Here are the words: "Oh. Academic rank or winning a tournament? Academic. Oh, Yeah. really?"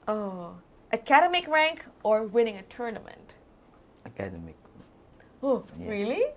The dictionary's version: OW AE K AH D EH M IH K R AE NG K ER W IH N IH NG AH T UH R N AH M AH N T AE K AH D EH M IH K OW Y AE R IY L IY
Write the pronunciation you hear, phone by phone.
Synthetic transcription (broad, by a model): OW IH K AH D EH M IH K R AE NG K ER W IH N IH NG AH T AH R N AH M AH N T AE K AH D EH M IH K OW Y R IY L IY